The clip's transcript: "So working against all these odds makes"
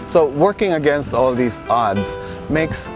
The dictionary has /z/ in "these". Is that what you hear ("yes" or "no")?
no